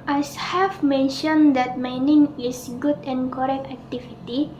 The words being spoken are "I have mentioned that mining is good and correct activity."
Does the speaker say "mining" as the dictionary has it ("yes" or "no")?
yes